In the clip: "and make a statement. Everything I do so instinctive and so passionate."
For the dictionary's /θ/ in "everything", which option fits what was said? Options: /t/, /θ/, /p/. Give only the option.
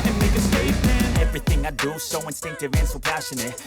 /θ/